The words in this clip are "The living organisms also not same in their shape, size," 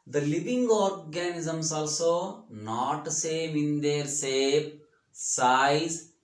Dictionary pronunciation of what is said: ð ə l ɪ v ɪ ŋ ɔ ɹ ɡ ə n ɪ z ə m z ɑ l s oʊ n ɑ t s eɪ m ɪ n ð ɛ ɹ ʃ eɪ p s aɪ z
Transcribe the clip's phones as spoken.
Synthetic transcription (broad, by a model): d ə l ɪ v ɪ ŋ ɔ ɹ ɡ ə n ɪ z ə m s ɑ l s oʊ n ɑ t s eɪ m ɪ n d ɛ ɹ s eɪ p s aɪ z